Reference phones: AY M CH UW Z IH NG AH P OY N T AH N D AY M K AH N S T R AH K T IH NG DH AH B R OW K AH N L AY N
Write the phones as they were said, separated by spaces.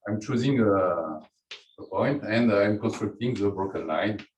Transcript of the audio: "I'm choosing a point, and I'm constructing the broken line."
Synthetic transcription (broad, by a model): AY M CH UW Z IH NG AH P OY N T AH N D AY M K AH N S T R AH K T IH NG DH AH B OW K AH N L AY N